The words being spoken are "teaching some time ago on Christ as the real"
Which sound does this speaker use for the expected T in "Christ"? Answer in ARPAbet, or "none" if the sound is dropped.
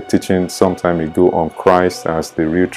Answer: T